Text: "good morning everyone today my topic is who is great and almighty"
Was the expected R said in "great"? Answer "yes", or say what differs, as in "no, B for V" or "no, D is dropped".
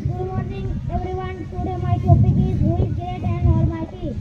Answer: no, R is dropped